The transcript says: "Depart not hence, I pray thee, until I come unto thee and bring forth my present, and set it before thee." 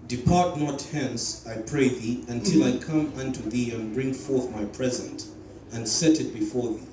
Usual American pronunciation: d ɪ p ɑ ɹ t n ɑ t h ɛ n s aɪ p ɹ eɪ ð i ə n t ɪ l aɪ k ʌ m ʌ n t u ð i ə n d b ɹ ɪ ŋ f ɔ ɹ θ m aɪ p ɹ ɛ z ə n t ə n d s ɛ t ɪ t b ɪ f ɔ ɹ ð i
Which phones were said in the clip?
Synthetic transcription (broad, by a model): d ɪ p ɑ ɹ t n ɑ t h ɛ n s aɪ p ɹ eɪ ð i ə n t ɪ l aɪ k ʌ m ʌ n t u ð i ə n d b ɹ ɪ ŋ f ɔ ɹ θ m aɪ p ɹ ɛ z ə n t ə n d s ɛ t ɪ t b ɪ f ɔ ɹ ð i